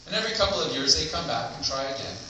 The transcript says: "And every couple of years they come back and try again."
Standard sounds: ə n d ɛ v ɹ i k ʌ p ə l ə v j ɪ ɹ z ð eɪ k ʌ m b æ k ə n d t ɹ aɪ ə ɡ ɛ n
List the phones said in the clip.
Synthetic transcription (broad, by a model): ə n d ɛ v ɹ i k ʌ p l ə v j ɪ ɹ z ð eɪ k ʌ m b æ k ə n t ɹ aɪ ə ɡ ɛ n